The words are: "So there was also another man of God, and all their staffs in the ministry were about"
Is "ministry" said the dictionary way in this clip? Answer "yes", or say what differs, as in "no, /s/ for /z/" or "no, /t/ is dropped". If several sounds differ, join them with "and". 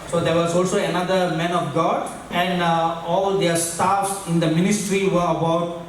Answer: yes